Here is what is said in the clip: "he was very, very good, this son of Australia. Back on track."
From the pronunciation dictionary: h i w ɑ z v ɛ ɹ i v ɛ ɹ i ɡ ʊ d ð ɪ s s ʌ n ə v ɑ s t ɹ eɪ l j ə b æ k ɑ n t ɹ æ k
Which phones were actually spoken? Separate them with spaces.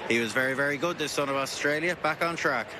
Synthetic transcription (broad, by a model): h i w ɑ z v ɛ ɹ i v ɛ ɹ i ɡ ʊ d ð ɪ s s ʌ n ə v ɑ s t ɹ eɪ l j ə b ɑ k n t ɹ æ k